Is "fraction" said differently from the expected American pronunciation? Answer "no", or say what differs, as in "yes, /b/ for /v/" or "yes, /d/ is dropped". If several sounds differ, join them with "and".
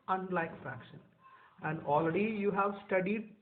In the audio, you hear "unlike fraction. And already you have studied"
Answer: no